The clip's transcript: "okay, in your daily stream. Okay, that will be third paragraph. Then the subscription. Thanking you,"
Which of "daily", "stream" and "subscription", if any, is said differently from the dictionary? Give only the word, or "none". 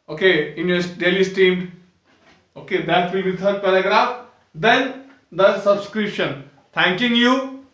stream